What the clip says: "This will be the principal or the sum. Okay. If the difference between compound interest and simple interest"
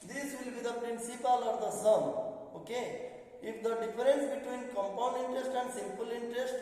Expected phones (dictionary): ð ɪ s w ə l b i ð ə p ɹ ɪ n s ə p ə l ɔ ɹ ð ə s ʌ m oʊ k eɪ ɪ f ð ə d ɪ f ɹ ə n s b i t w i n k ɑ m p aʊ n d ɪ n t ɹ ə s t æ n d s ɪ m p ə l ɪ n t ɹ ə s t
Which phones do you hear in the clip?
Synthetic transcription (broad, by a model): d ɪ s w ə l b i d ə p ɹ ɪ n s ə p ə l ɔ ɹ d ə s ʌ m oʊ k eɪ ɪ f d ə d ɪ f ɹ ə n s b i t w i n k ɑ m p aʊ n d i n t ɹ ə s t æ n d s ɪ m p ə l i n t ɹ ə s t